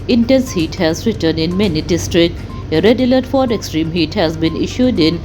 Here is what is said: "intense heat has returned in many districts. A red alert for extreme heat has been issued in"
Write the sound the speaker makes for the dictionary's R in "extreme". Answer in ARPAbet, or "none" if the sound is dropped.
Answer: R